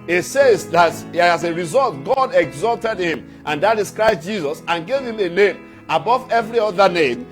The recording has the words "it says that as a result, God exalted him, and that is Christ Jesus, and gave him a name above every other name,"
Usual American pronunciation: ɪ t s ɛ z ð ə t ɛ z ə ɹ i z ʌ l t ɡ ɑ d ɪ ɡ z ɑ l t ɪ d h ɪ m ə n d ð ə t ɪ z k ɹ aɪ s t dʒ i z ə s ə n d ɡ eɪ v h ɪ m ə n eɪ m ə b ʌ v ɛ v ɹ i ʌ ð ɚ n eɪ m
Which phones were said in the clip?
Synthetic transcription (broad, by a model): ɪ t s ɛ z ð ə t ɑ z ə ɹ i z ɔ l t ɡ ɑ d ɪ ɡ z ɑ l t ɪ d h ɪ m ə n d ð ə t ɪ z k ɹ aɪ s t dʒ i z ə s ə n ɡ eɪ v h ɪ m ə n eɪ m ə b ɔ v ɛ v ɹ i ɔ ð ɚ n eɪ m